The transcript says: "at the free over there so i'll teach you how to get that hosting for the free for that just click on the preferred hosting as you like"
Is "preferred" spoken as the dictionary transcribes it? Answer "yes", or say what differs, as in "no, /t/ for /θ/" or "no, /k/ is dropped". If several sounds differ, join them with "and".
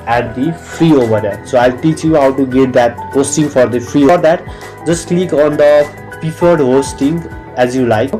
no, /ɹ/ is dropped